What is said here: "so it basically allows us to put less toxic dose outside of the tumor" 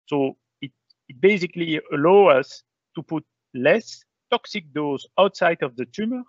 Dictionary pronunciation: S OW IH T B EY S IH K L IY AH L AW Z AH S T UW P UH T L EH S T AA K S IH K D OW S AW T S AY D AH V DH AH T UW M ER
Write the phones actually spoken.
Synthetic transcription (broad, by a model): S OW IH T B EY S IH K L IY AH L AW AH S T UW P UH T L EH S T AA K S IH K D OW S AW T S AY D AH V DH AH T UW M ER